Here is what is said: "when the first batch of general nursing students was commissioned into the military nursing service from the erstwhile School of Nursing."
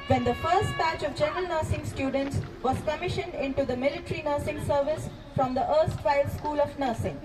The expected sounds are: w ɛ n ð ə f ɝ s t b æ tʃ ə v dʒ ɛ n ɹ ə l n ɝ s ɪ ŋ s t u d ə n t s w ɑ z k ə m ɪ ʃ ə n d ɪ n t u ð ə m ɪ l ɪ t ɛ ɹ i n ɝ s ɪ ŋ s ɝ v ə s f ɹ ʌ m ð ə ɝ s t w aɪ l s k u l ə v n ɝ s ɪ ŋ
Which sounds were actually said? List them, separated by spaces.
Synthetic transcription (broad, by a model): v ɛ n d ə f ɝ s t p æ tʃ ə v dʒ ɛ n ɹ ə l n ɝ s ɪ ŋ s t u d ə n t s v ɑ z k ə m ɪ ʃ ə n d ɪ n t u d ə m ɪ l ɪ t ɹ i n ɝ s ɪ ŋ s ɝ v ə s f ɹ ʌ m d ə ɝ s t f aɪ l s k u l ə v n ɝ s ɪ ŋ